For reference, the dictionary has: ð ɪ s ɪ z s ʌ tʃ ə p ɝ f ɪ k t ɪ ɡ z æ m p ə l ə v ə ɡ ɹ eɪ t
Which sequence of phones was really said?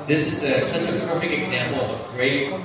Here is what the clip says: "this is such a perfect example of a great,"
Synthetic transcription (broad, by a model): ð ɪ s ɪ z s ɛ s ə p ɝ f ɪ k t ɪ ɡ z æ m p l ə v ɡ ɹ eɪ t